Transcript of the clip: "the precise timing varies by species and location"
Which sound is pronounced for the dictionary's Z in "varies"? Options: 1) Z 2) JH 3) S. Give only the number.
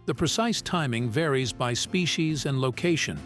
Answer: 1